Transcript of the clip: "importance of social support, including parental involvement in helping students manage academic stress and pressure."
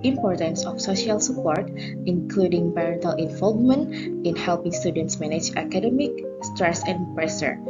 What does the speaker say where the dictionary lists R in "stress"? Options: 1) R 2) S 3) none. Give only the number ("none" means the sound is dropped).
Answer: 1